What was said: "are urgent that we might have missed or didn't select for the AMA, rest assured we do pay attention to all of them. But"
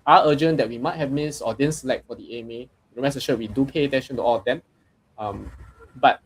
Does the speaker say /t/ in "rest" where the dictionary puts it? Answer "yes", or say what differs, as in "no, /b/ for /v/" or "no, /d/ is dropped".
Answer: no, /t/ is dropped